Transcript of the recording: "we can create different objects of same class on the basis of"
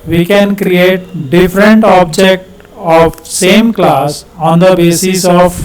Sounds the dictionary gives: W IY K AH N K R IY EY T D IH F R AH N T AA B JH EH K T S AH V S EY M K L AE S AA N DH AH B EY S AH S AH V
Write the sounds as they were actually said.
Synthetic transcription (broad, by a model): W IY K AH N K R IY EY T D IH F R AH N T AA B JH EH K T AH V S EY M K L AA S AA N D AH B EY S AH S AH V